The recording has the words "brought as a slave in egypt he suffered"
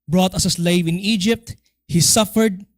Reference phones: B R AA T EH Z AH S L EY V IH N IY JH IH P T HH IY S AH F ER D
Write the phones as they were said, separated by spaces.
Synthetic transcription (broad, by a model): B R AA T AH S AH S L EY V IH N IY JH IH P T HH IY S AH F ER D